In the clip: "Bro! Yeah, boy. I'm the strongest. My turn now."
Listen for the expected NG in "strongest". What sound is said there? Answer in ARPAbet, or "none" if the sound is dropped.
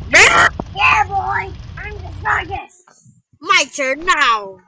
none